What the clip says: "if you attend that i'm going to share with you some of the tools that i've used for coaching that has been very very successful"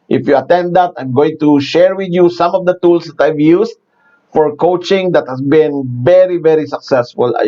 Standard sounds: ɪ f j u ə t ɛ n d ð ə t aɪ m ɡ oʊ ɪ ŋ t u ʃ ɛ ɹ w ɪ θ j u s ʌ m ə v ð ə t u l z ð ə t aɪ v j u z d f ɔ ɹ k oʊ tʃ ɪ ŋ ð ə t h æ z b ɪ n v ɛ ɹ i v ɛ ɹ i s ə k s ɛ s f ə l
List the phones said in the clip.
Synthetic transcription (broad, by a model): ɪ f j u ə t ɛ n d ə t aɪ m ɡ oʊ ɪ ŋ t u ʃ ɛ ɹ w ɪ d j u s ʌ m ə v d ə t u l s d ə t aɪ v j u s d f ɔ ɹ k oʊ tʃ ɪ ŋ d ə t h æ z b ɪ n v ɛ ɹ i v ɛ ɹ i s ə k s ɛ s f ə l